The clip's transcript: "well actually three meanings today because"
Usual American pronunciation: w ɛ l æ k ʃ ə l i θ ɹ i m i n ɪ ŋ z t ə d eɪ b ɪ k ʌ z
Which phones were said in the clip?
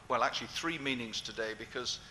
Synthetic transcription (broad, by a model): w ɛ l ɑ k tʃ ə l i θ ɹ i m i n ɪ ŋ z t ə d eɪ b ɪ k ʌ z